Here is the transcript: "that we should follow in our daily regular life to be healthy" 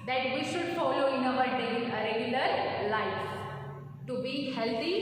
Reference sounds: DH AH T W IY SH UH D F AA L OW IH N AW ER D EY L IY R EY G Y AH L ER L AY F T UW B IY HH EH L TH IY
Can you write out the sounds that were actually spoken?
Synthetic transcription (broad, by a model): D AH T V IY SH UH D F AA L OW IH N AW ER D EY IY R EY G Y AH L ER L AY F T UW B IY HH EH L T IY